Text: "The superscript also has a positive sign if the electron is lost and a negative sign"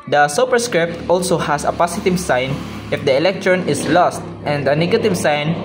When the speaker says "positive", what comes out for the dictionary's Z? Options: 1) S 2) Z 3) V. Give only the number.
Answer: 1